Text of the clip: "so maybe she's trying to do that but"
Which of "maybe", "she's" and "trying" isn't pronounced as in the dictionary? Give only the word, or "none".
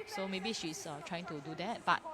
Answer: she's